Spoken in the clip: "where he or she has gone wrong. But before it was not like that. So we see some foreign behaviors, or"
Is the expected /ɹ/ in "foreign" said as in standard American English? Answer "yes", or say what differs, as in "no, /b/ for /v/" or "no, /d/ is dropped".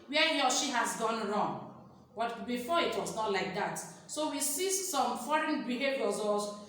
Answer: yes